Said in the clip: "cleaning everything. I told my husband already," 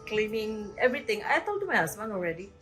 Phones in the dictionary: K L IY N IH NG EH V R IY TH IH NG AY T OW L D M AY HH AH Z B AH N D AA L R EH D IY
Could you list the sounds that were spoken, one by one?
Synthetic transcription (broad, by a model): K L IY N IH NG EH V R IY T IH NG AY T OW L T M AY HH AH S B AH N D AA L R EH D IY